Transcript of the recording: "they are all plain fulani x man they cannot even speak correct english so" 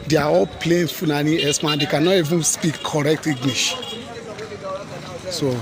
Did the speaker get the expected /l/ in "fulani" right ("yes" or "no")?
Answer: no